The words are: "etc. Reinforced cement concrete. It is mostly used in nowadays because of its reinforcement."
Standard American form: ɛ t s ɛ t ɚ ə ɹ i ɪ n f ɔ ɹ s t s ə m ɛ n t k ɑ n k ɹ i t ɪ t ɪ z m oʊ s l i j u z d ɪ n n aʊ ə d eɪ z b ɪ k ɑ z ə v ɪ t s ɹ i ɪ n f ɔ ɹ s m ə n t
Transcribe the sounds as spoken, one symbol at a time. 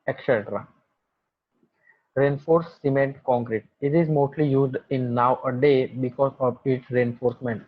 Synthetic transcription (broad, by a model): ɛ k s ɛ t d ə ɹ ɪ n f ɔ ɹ t s ə m ɛ n t k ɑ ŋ k ɹ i t ɪ t ɪ z m oʊ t l i j u z d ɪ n n aʊ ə d eɪ b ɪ k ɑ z ə v ɪ t s ɹ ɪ n f ɔ ɹ s m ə n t